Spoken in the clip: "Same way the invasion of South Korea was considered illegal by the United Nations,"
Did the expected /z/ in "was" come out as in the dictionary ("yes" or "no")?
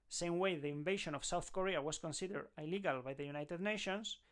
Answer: no